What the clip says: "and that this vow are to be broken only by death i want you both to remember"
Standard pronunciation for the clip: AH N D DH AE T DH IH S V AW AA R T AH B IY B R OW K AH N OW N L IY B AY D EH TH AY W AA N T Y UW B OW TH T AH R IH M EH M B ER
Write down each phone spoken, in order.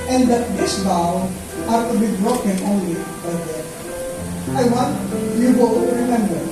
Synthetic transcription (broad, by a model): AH N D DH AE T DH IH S B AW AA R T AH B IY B R OW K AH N OW N L IY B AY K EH T AY W AA N T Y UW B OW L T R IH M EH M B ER